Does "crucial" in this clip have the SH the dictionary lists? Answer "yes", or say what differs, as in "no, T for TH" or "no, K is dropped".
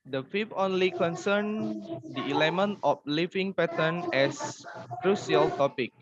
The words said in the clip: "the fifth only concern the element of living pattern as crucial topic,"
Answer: no, S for SH